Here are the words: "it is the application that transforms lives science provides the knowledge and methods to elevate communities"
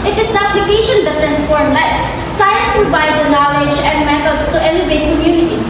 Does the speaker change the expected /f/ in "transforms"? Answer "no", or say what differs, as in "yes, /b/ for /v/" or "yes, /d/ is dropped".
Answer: yes, /p/ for /f/